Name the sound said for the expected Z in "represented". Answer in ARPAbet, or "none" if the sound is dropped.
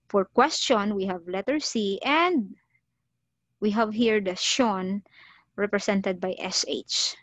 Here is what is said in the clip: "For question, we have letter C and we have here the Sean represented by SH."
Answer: S